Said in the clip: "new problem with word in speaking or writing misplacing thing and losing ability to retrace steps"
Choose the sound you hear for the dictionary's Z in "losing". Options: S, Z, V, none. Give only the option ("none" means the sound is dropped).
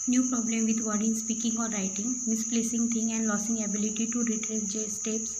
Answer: S